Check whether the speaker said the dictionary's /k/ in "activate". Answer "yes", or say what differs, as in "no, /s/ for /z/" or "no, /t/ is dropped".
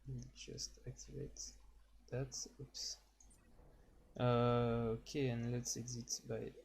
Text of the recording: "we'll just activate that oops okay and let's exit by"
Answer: yes